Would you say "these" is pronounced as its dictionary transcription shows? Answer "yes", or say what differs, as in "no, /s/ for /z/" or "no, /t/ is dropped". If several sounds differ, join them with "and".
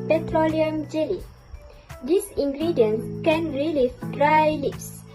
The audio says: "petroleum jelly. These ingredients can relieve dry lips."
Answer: no, /s/ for /z/